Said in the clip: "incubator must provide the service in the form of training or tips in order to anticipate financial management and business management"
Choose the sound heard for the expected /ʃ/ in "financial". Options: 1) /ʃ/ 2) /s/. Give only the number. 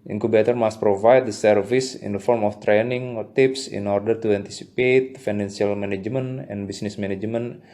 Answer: 2